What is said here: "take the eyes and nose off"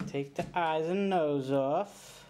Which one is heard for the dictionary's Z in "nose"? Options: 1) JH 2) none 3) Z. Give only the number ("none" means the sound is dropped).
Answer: 3